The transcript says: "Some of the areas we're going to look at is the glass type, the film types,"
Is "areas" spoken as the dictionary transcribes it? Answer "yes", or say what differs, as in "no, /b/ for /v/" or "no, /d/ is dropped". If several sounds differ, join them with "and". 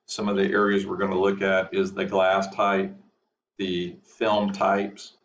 yes